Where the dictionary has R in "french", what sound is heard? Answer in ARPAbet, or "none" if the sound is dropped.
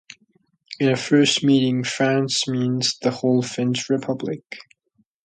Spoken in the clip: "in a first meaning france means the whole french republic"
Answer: none